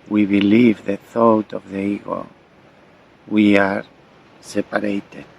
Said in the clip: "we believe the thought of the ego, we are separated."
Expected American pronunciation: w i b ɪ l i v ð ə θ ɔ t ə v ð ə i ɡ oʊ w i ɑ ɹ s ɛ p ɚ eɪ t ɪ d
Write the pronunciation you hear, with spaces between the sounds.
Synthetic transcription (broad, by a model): w i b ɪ l i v ð ə θ ɔ t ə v ð ə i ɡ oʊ w i ɑ ɹ s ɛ p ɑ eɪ t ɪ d